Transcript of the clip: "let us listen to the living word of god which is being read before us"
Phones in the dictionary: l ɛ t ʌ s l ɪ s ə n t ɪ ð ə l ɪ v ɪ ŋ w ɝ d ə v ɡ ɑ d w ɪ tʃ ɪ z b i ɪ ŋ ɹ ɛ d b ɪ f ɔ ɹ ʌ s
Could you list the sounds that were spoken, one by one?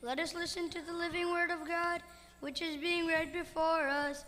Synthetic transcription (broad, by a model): l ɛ t ʌ s l ɪ s ə n t ɪ ð ə l ɪ v ɪ ŋ w ɝ d ə v ɡ ɑ d w ɪ tʃ ɪ z b i ɪ ŋ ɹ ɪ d b ɪ f ɔ ɹ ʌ s